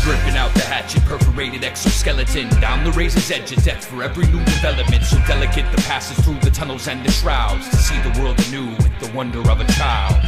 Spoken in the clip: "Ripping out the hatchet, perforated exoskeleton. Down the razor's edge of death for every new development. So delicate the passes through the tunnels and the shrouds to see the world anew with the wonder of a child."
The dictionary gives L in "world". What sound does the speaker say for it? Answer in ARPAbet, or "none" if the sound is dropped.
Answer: L